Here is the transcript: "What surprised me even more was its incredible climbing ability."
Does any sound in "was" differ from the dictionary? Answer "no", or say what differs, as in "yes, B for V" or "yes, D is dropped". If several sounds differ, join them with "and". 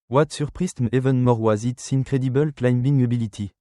no